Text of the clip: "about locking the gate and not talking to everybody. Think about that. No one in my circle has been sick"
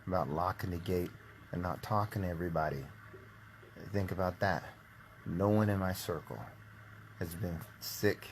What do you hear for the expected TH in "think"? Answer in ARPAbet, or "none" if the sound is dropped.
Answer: TH